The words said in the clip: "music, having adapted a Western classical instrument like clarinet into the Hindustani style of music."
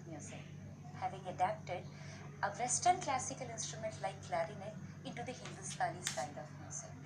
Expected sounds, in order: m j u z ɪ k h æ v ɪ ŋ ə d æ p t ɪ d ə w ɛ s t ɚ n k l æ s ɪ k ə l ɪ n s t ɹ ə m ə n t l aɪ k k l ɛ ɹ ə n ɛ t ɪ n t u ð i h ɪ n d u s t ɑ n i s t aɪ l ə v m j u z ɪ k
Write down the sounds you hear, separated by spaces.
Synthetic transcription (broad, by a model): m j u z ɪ h æ v ɪ ŋ ə d æ p t ɪ d ə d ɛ s t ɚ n k l æ s ɪ k ə l ɪ n s t ɹ ə m ə n t l aɪ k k l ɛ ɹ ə n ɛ ɪ n t u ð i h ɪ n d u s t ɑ l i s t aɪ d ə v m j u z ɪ